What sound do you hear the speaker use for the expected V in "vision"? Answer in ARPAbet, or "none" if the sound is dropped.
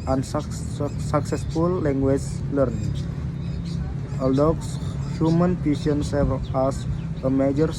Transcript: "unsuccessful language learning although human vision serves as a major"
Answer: P